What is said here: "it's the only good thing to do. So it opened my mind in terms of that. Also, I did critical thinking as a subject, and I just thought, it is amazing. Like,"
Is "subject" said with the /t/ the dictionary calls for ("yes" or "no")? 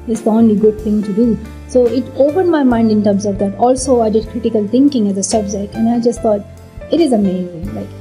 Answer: no